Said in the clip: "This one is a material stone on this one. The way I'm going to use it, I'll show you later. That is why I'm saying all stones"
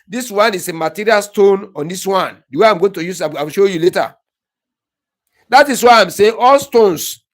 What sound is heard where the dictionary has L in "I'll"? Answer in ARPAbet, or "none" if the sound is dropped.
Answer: W